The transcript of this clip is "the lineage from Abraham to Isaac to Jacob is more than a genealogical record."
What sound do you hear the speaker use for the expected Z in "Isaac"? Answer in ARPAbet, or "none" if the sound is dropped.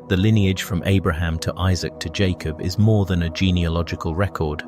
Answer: Z